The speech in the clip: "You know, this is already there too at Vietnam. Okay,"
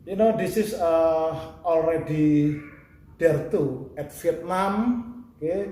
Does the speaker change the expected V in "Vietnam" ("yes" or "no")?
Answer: yes